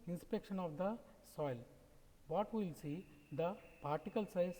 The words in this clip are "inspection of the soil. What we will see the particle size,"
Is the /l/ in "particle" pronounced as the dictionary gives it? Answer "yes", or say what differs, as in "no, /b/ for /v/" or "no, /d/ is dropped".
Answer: yes